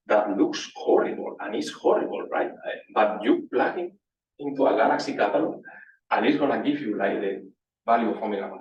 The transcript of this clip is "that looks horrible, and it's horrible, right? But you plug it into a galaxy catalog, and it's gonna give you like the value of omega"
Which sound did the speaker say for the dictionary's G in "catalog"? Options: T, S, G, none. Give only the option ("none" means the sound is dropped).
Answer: none